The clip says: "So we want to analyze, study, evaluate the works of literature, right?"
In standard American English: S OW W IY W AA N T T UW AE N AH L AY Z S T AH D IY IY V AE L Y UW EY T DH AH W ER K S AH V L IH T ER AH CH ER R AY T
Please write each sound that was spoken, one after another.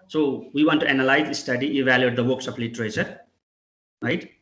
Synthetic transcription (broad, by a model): S OW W IY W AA N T T UW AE N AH L AY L S T AH D IY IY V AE L Y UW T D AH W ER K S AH P L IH T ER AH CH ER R AY T